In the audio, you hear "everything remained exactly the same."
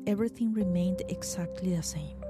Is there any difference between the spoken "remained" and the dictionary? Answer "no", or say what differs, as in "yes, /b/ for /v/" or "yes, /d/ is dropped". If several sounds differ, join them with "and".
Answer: no